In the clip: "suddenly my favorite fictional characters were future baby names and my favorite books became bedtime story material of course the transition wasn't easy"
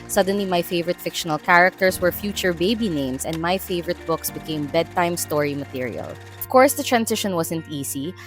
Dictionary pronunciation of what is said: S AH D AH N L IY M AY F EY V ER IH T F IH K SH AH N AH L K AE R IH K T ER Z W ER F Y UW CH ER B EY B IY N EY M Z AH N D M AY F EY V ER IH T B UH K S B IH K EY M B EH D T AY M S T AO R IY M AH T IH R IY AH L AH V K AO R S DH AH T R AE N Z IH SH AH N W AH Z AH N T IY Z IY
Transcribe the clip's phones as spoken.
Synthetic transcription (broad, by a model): S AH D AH N L IY M AY F EY V ER IH T F IH K SH AH N AH L K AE R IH K T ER S W ER F Y UW CH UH B EY B IY N EY M S AH N D M AY F EY V ER IH T B UH K S B IH K EY M B EH D T AY M S T AO R IY M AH T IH R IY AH L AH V K AO R S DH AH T R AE N S IH SH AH N W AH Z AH N T IY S IY